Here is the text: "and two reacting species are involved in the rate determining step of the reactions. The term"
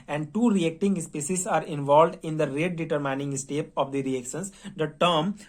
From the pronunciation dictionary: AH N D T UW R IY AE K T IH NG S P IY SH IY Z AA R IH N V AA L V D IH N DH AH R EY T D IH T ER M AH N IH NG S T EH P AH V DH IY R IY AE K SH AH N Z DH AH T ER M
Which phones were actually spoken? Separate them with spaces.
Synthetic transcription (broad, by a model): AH N D T UW R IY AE K T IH NG S P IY S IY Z AA R IH N V AA L V D IH N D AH R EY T D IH T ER M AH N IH NG S T EH P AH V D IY R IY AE K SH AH N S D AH T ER M